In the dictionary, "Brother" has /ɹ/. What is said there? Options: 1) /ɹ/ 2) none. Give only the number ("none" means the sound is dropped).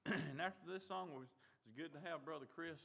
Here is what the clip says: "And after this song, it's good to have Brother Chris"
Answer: 1